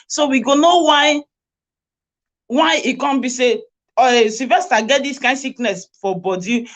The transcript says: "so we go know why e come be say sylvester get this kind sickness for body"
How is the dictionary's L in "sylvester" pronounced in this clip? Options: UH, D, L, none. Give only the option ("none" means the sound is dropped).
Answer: none